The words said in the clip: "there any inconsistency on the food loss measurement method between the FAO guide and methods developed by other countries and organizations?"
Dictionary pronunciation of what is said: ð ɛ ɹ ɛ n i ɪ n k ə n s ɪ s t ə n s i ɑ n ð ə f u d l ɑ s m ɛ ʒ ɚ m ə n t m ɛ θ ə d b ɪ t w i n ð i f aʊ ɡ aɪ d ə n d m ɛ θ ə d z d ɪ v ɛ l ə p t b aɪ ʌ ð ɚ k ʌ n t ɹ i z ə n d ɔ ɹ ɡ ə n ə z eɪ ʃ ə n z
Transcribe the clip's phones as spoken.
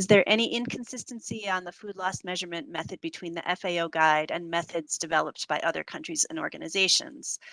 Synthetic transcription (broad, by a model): ð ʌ ɹ ɛ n i ɪ n k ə n s ɪ s t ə n s i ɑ n ð ə f u d l ɑ s m ɛ ʒ ɚ m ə n m ɛ θ ə d b ɪ t w i n ð i f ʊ ɡ aɪ d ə n m ɛ θ ə d z d ɪ v ɛ l ə p t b aɪ ʌ ð ɚ k ʌ n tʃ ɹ i z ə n ɔ ɹ ɡ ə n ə z eɪ ʃ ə n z